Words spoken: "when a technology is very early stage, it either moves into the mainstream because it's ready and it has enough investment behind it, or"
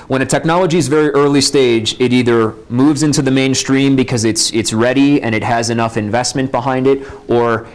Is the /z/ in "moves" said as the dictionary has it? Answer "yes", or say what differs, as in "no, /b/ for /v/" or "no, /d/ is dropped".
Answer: yes